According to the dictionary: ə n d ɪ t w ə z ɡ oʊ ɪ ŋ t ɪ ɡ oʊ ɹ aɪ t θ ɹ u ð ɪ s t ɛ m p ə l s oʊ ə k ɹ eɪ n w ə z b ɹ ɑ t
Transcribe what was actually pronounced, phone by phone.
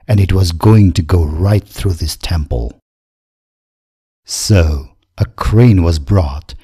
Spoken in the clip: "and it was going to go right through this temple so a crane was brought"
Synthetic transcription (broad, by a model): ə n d ɪ t w ə z ɡ oʊ ɪ ŋ t ɪ ɡ oʊ ɹ aɪ t θ ɹ u ð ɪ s t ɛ m p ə l s oʊ ə k ɹ eɪ n w ə z b ɹ ɑ t